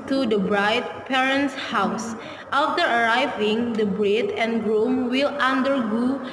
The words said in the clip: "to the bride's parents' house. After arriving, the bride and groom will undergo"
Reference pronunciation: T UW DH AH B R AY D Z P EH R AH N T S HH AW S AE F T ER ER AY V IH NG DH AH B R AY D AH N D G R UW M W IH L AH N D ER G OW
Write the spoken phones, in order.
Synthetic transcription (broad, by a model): T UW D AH B R AY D P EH R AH N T S HH AW S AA F T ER ER AY V IH NG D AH B R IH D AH N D G R UW M W IH L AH N D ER G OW